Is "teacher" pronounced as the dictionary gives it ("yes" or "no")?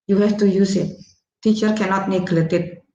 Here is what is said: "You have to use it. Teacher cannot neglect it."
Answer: yes